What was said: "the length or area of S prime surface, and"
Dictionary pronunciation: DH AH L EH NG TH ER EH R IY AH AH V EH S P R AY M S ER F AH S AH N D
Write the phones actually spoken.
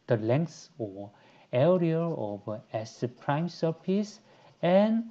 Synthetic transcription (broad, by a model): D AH L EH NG S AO EH R IY AH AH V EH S P R AY M S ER P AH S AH N